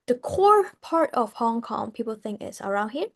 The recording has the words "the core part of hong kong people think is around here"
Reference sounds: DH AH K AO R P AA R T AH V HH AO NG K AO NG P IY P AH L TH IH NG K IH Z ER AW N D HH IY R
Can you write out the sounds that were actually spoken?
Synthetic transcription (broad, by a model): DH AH K AO R P AA R T AH V HH AO NG K AO NG P IY P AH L TH IH NG K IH S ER AW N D HH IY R